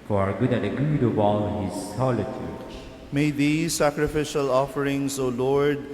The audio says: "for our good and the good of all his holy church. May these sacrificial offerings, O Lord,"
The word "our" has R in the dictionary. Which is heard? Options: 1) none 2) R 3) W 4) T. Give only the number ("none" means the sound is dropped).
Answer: 2